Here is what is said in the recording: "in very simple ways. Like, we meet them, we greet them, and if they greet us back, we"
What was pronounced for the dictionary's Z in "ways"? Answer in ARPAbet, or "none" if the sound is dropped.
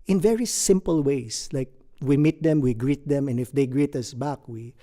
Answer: S